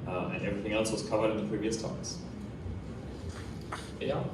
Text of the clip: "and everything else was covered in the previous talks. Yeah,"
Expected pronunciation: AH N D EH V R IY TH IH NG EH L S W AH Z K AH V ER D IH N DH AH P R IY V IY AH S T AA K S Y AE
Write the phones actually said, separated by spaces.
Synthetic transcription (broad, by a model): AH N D EH V R IY TH IH NG EH L S W AH Z K AH V ER D IH N DH AH P R IY V IY AH S T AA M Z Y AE